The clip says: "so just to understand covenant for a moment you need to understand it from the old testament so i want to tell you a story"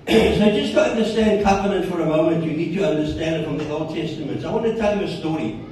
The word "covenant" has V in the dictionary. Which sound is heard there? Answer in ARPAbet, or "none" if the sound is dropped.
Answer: P